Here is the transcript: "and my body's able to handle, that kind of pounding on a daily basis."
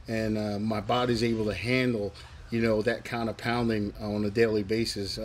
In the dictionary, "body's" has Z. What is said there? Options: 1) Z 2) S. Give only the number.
1